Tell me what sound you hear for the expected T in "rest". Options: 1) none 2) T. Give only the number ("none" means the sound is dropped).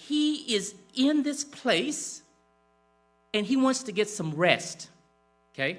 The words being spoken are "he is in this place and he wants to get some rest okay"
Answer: 2